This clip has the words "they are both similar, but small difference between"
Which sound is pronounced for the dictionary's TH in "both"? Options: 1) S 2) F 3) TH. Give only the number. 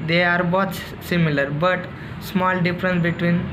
1